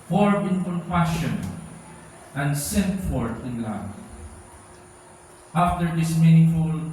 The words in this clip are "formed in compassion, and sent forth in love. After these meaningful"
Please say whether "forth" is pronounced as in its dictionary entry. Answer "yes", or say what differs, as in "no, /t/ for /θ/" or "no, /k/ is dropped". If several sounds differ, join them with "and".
no, /t/ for /θ/